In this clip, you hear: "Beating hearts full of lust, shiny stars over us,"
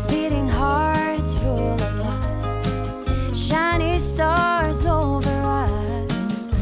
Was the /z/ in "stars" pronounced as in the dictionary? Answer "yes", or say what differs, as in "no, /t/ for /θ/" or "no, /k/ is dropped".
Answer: yes